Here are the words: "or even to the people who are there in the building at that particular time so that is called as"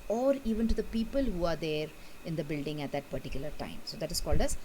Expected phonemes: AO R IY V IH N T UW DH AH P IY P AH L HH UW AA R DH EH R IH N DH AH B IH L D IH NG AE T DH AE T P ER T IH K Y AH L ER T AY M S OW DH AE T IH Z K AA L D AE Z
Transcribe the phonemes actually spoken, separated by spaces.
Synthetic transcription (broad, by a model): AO R IY V IH N T UW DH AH P IY P AH L HH UW AA R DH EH R IH N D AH B IH L D IH NG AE T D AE T P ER T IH K Y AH L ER T AY M S OW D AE T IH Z K AA L D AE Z